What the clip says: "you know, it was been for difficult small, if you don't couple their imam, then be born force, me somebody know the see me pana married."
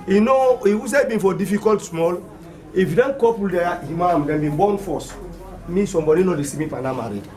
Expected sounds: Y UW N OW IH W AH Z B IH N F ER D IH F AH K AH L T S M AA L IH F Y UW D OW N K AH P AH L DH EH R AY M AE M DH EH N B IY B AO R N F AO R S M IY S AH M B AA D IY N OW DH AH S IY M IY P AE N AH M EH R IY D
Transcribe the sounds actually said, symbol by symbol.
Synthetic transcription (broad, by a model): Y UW N OW IH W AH S B IH N F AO D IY F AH K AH L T S M AA L IH F Y UW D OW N K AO P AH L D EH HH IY M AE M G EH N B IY B AO N F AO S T M IY S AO M B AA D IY N OW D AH S IY M IY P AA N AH M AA R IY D